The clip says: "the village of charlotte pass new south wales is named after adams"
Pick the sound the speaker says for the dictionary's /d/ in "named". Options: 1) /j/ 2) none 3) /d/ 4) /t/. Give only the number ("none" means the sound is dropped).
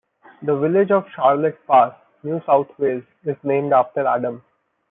3